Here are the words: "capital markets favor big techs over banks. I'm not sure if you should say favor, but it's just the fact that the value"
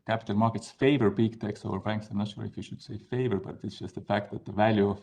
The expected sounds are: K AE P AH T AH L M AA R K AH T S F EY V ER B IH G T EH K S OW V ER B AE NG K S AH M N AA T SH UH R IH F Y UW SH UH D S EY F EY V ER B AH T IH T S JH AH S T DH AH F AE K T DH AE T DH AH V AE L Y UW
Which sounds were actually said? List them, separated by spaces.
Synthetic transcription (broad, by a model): K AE P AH T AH L M AA R K AH T S F EY V ER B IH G T EH K S OW V ER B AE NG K S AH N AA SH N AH L IH F Y UW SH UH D S EY F EY V ER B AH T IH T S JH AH S T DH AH F AE K T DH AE T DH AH V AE L Y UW